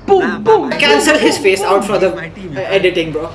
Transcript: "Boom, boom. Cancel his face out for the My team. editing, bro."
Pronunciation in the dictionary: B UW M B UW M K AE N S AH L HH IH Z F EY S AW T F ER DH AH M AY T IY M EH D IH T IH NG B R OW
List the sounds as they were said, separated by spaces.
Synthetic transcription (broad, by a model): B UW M B UW M K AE N S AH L HH IH Z F EY S AW T F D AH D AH EH D IH T IH NG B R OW